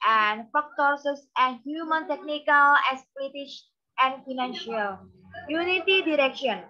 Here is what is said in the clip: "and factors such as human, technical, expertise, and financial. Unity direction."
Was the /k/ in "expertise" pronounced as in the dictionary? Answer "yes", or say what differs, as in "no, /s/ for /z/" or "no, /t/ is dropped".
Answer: no, /k/ is dropped